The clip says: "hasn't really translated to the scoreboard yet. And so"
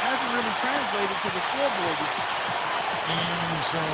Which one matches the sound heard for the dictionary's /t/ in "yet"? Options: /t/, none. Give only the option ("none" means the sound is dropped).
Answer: none